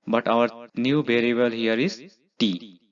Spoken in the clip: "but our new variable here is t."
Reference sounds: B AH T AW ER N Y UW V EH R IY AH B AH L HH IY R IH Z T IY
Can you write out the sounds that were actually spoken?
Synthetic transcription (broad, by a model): B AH T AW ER N Y UW B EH R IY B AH L HH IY R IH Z T IY